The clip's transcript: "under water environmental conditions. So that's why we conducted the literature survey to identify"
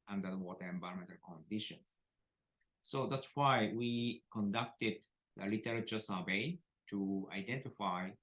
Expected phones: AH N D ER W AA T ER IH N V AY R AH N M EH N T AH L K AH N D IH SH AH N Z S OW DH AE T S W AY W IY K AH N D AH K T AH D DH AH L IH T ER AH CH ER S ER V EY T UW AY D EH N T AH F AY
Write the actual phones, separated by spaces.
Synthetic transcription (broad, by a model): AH N D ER W AA T ER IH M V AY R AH M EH N T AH L K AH N D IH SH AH N S OW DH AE T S W AY W IY K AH N D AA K T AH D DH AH L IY T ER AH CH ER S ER B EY T UW AY D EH N T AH F AY